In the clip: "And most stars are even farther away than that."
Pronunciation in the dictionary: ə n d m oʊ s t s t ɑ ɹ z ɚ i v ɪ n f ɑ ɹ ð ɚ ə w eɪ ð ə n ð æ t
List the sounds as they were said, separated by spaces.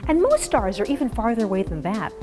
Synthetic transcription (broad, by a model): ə n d m oʊ s t s t ɑ ɹ z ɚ i v ɪ n f ɑ ɹ ð ɚ ə w eɪ ð ə n ð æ t